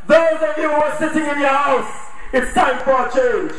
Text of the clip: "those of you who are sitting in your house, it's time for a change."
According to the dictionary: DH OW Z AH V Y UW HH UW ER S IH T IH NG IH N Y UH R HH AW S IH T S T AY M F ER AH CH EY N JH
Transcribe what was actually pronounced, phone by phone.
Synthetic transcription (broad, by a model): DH OW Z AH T Y UW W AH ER S IH T IH NG IH N Y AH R HH AW S IH T S T AY M F ER AH CH EY N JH